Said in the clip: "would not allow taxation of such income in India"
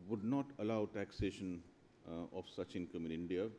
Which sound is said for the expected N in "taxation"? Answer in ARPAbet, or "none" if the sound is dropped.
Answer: N